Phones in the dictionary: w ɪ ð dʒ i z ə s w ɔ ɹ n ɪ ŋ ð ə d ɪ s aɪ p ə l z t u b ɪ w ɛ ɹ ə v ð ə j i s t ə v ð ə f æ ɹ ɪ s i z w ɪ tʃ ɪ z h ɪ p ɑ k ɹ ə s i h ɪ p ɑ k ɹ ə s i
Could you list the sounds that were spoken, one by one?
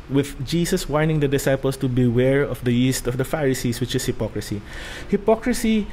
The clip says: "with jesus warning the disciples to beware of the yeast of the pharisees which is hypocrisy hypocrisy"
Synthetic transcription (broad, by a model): w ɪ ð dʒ i s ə s w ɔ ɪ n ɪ ŋ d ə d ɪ s aɪ p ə l s t u b ɪ w ɛ ɹ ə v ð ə j i s t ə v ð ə f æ ɹ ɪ s i s w ɪ tʃ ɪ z h ɪ p ɑ k ɹ ə s i h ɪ p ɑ k ɹ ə s i